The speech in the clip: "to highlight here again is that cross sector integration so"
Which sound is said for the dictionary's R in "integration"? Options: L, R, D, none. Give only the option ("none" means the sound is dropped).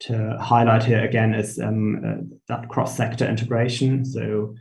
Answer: R